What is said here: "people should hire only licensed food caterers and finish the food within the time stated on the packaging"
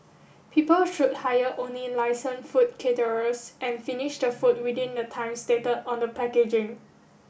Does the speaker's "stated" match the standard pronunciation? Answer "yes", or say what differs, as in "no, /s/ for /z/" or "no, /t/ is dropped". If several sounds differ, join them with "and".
no, /d/ is dropped